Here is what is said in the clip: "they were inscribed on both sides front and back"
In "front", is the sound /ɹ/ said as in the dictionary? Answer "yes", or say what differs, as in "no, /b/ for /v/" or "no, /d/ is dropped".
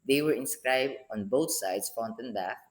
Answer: no, /ɹ/ is dropped